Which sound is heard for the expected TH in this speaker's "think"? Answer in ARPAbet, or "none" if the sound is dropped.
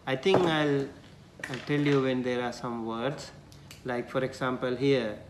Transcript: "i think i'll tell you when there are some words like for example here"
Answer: T